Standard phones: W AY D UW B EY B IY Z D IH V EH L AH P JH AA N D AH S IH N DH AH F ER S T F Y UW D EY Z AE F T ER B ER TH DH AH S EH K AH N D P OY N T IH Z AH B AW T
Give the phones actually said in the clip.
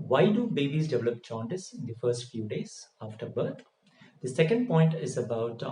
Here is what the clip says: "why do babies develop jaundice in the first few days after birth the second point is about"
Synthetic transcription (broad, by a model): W AY D UW B EY B IY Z D IH V EH L AH P CH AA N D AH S IH N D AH F ER S T F Y UW D EY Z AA F T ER B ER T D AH S EH K AH N D P OY N T IH Z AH B AW T